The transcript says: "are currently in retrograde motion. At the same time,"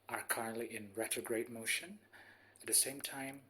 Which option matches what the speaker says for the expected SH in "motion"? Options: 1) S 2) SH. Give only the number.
2